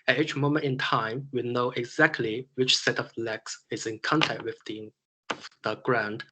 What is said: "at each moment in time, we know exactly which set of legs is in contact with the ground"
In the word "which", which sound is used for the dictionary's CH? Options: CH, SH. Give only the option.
CH